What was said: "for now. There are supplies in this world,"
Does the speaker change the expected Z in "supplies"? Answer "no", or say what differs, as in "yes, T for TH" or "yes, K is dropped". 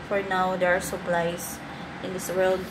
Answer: yes, S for Z